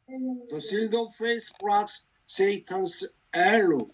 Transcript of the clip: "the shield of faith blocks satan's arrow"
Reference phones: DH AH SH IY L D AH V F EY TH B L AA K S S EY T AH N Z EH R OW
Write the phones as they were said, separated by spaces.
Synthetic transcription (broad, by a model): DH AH S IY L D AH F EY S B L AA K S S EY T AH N S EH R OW